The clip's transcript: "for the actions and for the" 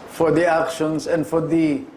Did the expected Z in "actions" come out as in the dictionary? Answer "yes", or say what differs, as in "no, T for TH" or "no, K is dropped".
no, S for Z